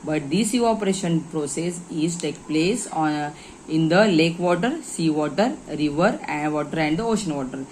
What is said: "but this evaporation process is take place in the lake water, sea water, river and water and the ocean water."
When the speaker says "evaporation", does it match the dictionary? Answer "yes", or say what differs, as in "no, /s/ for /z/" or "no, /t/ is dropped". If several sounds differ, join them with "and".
no, /v/ is dropped